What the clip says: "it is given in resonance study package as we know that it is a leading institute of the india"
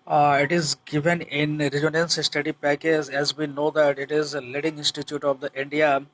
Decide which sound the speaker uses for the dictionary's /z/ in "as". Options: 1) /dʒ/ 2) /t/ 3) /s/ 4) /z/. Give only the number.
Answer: 4